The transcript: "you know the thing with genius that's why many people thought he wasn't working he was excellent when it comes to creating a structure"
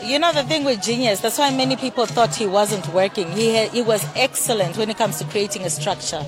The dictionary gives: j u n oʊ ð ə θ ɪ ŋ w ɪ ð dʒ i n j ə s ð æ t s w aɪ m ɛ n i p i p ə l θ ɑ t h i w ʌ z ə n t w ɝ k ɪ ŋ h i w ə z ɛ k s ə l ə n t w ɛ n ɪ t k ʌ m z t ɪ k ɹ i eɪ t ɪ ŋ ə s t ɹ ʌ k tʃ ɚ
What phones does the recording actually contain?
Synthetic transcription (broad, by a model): j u n oʊ ð ə θ ɪ ŋ w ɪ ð dʒ i n j ə s ð æ t s w aɪ m ɛ n i p i p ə l θ ɑ t h i w ʌ z ə n t w ɝ k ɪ ŋ h i w ə z ɛ k s ə l ə n t w ɛ n ɪ t k ʌ m z t ɪ k ɹ i eɪ t ɪ ŋ ə s t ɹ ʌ k tʃ ɚ